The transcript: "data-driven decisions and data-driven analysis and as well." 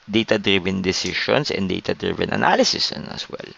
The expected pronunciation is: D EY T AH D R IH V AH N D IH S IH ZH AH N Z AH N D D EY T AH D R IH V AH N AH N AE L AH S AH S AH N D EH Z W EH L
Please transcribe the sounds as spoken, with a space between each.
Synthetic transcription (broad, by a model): D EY T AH D R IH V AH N D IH S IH SH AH N S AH N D D EY T AH D R IH V AH N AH N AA L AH S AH S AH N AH S W EH L